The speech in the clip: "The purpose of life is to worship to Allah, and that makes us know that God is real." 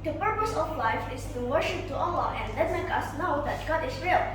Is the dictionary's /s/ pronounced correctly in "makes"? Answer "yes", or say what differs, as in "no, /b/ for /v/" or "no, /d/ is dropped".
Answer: no, /s/ is dropped